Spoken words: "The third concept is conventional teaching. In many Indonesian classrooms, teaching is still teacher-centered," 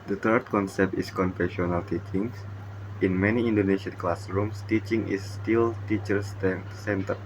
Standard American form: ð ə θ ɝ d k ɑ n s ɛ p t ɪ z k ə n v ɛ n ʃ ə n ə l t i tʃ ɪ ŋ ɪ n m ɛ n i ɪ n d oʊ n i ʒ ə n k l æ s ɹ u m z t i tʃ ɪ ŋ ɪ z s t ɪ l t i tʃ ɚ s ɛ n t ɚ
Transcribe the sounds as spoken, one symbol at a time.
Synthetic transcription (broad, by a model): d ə t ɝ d k ɑ n s ɛ p t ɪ s k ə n f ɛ ʃ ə n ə l t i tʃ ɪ ŋ ɪ n m ɛ n i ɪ n d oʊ n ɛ ʃ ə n k l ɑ s ɹ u m s t i tʃ ɪ ŋ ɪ s t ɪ l t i tʃ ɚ s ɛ n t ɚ